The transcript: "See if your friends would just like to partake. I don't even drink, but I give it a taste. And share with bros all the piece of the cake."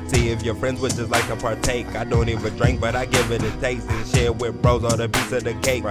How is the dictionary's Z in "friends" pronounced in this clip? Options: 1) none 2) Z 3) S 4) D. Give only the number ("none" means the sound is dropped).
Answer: 2